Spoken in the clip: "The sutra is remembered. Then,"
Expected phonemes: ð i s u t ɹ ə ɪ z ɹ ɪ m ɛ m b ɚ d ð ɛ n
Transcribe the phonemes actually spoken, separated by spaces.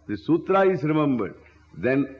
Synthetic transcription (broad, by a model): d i s u t ɹ ə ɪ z ɹ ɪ m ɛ m b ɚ d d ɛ n